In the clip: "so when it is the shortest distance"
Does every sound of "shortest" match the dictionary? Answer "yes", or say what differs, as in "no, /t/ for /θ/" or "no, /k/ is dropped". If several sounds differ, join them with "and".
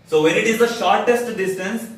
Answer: yes